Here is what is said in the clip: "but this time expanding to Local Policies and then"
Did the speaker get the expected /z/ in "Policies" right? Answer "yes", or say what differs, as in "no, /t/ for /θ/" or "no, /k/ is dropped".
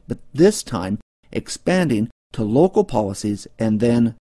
yes